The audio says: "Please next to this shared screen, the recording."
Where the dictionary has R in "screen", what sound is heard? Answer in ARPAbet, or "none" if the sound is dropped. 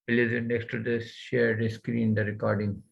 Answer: R